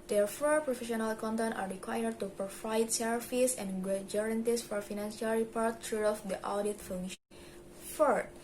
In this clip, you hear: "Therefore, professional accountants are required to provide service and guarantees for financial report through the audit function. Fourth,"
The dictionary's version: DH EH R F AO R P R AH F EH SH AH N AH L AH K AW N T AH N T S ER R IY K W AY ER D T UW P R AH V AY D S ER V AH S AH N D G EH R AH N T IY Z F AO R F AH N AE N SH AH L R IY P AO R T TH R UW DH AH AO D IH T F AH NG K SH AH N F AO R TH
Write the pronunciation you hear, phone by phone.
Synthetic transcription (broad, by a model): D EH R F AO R P R AH F EH SH AH N AH L K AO N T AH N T AA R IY K W AY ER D T UW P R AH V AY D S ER F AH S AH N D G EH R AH N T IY S F AO R F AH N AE N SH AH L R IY P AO R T T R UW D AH AO D IH T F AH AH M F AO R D